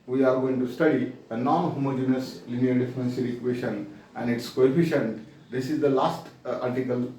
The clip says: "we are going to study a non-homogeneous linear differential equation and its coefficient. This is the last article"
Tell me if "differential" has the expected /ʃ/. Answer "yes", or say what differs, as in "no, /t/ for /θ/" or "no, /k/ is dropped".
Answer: no, /s/ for /ʃ/